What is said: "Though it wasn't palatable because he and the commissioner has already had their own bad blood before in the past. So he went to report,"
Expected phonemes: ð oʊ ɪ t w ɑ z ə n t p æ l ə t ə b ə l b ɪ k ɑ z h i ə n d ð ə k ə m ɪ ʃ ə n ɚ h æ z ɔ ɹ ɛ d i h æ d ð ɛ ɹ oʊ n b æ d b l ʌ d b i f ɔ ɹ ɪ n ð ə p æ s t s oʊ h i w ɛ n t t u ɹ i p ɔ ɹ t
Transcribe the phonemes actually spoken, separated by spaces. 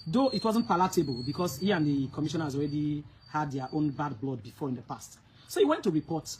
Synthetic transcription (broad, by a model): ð oʊ ɪ t w ɑ z ə n t p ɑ l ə t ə b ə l b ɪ k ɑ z h i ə n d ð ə k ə m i ʃ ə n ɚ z ɔ ɹ ɛ d i h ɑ d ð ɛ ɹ oʊ n b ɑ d b l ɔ d b i f ɔ ɹ ɪ n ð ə p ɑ s t s oʊ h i w ɛ n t t u ɹ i p ɔ t